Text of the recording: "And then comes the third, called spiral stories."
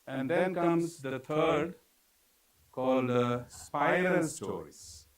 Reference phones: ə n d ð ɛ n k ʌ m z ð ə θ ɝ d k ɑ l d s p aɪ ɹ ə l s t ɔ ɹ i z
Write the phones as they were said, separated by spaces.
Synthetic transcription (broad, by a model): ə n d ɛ n k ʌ m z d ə t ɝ d k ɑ l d s p aɪ ə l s t ɔ ɹ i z